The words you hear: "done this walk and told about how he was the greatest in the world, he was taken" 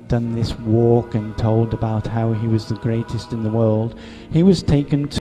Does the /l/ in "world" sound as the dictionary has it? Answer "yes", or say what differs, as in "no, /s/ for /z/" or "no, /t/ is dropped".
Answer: yes